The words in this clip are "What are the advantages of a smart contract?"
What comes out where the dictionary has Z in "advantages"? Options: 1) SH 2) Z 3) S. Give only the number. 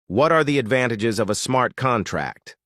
2